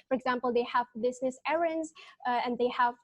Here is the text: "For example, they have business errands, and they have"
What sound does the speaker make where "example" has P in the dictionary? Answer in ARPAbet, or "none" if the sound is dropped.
P